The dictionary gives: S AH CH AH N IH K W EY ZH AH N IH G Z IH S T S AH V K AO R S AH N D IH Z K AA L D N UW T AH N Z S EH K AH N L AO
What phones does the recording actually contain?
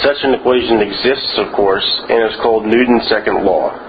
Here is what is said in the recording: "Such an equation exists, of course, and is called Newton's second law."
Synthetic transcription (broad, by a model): S AH CH AH N IH K W EY ZH AH N IH G Z IH S T S AH V K AO R S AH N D IH Z K AA L D N UW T N S EH K AH N L AO